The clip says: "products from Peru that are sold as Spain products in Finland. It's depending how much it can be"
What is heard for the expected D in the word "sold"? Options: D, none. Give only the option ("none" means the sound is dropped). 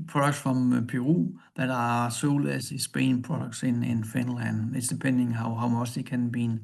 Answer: none